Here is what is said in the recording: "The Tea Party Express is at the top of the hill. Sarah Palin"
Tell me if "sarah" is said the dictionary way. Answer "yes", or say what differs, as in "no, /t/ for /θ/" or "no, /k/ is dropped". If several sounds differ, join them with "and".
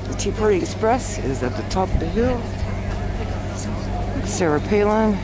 yes